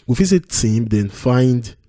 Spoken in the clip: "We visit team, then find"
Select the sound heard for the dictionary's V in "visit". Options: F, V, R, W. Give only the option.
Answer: F